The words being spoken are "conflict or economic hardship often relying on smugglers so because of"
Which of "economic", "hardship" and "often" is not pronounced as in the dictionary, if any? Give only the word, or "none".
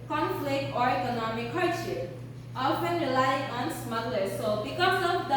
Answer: hardship